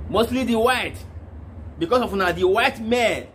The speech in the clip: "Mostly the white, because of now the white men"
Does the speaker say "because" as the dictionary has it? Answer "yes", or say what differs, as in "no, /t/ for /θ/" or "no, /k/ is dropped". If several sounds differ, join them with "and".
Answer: no, /s/ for /z/